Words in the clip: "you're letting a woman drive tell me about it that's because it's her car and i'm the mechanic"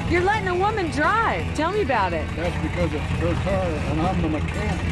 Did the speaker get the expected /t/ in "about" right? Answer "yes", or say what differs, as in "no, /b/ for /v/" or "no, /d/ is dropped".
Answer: yes